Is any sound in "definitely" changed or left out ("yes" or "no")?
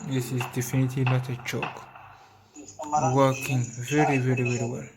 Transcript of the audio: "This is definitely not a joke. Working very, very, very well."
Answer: no